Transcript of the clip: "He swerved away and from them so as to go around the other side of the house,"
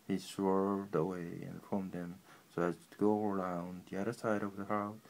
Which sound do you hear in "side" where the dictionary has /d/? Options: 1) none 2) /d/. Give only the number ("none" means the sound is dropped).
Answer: 2